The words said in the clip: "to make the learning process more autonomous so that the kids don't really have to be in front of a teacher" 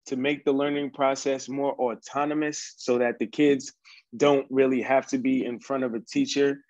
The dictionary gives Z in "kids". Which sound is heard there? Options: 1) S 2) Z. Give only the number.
2